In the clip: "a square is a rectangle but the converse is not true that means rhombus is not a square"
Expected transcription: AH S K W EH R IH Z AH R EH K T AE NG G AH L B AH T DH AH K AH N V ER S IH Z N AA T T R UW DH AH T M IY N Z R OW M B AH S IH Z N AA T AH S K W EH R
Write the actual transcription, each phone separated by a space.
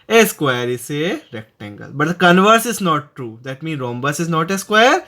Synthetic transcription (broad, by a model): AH S K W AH R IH S AH R EH K T AE NG G AH L B AH T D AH K AH N V ER S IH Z N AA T T R UW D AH T M IY N R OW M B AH S IH Z N AA T AH S K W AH R